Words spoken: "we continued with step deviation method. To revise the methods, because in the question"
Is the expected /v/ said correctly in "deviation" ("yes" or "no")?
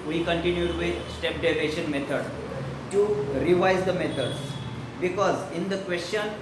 no